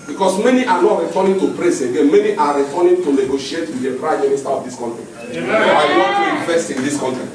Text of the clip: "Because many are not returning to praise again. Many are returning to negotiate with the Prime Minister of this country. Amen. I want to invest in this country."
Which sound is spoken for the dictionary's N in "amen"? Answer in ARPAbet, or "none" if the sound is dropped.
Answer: none